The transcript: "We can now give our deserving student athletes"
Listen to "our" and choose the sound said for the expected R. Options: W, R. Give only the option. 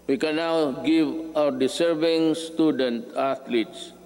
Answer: W